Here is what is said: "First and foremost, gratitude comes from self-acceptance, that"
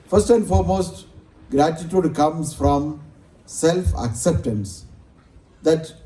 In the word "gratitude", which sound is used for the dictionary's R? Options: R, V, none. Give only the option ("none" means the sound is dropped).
R